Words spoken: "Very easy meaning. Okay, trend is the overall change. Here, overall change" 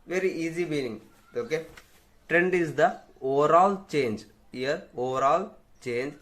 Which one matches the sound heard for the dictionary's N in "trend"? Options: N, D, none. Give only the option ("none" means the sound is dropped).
N